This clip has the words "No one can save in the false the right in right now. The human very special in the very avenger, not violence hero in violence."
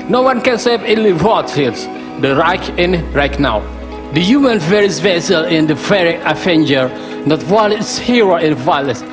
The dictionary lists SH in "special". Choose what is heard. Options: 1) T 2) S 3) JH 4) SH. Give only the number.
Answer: 2